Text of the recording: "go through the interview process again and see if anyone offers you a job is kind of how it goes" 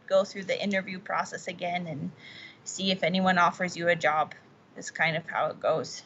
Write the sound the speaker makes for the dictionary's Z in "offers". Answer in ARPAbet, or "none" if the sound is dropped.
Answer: Z